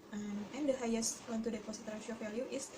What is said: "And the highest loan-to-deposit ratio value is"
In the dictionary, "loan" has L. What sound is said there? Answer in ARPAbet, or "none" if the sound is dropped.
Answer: W